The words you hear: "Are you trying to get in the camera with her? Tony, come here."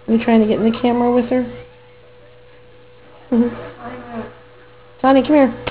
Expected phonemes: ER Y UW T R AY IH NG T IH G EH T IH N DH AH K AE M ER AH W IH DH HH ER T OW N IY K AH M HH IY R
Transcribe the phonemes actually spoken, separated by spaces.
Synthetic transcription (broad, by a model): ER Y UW T R AY IH NG T IH G EH T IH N DH AH K AE M ER AH W IH DH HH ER S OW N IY K AH M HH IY R